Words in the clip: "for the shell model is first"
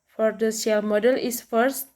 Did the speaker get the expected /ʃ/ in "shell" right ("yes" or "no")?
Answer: no